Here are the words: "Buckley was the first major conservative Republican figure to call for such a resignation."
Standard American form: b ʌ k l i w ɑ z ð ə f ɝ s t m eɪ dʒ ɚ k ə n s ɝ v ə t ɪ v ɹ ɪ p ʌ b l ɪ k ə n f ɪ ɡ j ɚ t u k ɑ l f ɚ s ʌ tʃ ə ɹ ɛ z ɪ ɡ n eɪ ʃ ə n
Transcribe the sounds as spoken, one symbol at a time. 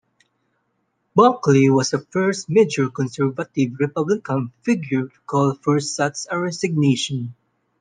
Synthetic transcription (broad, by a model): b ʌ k l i w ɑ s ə f ɝ s t m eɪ dʒ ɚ k ə n s ɝ v ə t ɪ v ɹ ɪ p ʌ b l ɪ k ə n f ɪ ɡ j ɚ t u k ɑ l f ɚ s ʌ s ə ɹ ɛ s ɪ ɡ n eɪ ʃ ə n